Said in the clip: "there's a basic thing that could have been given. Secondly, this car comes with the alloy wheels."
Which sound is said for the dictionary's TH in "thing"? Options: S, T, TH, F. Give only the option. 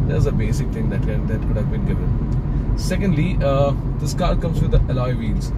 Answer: T